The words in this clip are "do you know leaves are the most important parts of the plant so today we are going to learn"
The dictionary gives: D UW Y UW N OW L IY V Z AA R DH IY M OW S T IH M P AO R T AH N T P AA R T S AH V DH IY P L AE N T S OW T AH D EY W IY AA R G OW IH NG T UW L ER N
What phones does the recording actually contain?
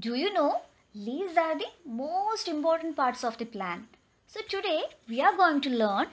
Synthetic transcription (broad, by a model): D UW Y UW N OW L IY Z AA R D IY M OW S T IH M P AO R T AH N T P AA R T S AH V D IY P L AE N S OW T AH D EY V IY AA R G OW IH NG T UW L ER N